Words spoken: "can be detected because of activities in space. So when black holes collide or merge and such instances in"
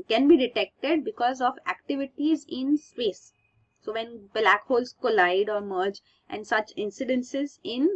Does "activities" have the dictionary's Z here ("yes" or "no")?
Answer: yes